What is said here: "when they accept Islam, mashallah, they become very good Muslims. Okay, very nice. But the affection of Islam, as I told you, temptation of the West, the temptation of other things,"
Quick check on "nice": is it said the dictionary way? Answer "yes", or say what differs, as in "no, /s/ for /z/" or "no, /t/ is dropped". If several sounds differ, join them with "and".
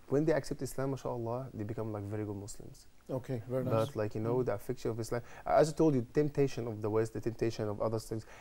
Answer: no, /l/ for /n/